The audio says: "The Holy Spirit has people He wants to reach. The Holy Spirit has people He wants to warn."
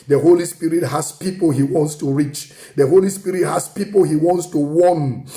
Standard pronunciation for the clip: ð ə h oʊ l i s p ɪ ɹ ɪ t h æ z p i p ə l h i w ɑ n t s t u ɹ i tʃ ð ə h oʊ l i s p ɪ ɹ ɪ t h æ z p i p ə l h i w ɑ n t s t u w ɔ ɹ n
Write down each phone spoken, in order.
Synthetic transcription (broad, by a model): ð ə h oʊ l i s p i ɹ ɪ t h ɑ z p i p ə l h i w ɑ n t s t u ɹ i tʃ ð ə h oʊ l i s p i ɹ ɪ t h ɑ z p i p ə l h i w ɑ n t s t u w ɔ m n